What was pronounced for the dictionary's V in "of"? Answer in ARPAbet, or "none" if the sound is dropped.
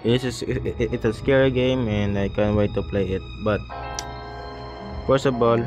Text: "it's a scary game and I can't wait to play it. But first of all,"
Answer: B